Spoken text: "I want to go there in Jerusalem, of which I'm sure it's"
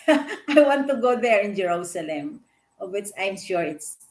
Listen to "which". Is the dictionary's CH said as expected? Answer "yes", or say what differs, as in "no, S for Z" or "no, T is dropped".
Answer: no, S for CH